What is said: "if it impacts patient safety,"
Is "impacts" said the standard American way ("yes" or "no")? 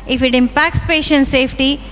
yes